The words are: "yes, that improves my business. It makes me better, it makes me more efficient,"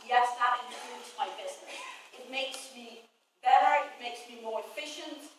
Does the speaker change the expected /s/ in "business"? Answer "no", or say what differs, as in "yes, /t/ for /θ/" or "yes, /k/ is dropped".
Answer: yes, /s/ is dropped